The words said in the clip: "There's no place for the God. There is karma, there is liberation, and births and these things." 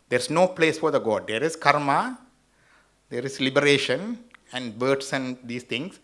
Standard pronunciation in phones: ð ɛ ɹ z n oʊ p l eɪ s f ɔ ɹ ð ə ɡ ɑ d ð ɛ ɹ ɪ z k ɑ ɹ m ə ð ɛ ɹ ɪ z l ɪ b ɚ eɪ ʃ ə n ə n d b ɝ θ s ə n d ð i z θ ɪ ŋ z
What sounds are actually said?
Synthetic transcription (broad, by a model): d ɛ ɹ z n oʊ p l eɪ s f ɔ ɹ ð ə ɡ ɑ d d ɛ ɹ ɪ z k ɑ ɹ m ə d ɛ ɹ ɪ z l ɪ b ɚ eɪ ʃ ə n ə n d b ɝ t s ə n d i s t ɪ ŋ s